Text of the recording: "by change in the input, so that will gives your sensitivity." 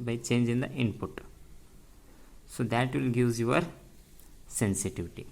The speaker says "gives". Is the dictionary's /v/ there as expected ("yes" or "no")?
no